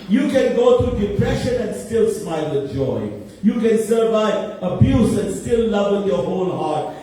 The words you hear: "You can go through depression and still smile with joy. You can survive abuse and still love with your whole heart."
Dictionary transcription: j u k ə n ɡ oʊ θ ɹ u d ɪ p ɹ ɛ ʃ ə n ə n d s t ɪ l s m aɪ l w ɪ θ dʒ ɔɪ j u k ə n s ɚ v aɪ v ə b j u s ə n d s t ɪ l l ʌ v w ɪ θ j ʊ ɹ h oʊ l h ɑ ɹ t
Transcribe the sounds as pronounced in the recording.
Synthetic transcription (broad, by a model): j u k ə n ɡ oʊ t ɹ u d ɪ p ɹ ɛ ʃ ə n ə n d s t ɪ l s m aɪ l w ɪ dʒ ɔɪ j u k ə n s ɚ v aɪ ə b j u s ə n d s t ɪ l l ʌ v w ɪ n j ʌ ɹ h oʊ l h ɑ ɹ t